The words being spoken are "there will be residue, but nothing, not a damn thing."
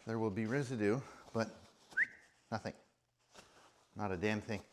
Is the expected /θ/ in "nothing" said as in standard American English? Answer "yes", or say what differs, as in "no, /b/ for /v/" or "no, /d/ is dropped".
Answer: yes